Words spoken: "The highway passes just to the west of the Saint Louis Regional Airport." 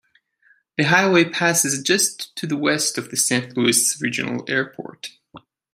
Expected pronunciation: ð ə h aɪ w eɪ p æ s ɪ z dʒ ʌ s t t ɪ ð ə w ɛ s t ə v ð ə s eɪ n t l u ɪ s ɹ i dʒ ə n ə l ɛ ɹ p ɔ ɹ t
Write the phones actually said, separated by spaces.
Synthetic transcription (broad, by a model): ð ə h aɪ w eɪ p æ s ɪ z dʒ ʌ s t t ɪ ð ə w ɛ s t ə v ð ə s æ n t l u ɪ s ɹ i dʒ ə n l ɛ ɹ p ɔ ɹ t